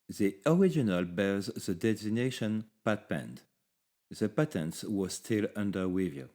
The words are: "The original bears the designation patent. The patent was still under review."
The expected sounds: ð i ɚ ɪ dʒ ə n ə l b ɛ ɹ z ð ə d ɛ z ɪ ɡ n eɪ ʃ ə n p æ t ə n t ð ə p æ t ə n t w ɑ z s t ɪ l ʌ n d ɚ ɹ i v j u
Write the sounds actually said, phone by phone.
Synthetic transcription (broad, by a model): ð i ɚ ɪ dʒ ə n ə l b ɛ ɹ z ð ə d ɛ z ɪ n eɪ ʃ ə n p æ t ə n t ð ə p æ t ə n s w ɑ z s t ɪ l ʌ n d ɚ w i v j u